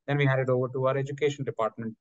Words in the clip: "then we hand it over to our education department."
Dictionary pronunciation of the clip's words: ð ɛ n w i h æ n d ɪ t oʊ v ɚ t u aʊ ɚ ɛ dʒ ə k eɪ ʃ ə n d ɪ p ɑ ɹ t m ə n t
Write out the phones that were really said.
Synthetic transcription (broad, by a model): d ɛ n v i h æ d ɪ t oʊ v ɚ t u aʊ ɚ ɛ dʒ ə k eɪ ʃ ə n d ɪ p ɑ ɹ t m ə n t